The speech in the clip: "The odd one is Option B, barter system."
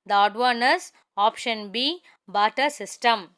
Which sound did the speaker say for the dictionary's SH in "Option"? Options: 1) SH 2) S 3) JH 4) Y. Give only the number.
1